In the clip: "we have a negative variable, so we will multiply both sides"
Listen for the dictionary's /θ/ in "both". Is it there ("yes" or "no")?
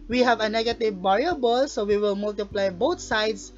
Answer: no